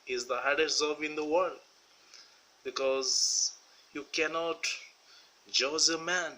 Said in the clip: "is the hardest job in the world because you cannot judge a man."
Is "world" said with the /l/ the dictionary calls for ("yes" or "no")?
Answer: yes